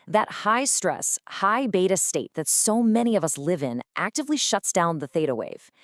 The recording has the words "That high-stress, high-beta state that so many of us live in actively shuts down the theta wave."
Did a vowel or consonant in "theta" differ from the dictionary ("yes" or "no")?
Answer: no